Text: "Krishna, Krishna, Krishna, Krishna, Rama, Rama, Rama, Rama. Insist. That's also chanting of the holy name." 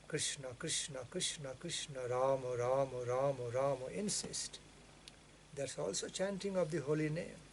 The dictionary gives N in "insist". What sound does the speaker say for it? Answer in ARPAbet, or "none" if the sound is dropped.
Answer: N